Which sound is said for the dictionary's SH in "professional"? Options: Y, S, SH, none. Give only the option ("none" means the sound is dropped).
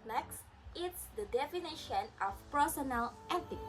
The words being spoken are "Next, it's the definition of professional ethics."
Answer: none